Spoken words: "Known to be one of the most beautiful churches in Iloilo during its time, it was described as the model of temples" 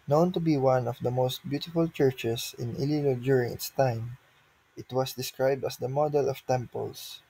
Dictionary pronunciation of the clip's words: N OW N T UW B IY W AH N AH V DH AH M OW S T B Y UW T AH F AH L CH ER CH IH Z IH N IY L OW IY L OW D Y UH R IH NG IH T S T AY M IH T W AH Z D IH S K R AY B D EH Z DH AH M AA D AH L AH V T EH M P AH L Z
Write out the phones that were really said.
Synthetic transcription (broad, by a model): N OW N T UW B IY W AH N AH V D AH M OW S T B Y UW T AH F AH L CH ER CH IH S IH N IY L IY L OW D Y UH R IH NG IH T S T AY M IH T W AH S D IH S K R AY B D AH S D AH M AA D AH L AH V T EH M P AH L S